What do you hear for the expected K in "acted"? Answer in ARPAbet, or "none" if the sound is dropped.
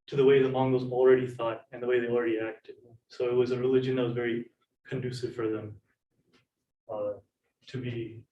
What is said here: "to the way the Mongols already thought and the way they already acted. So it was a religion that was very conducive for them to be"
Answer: K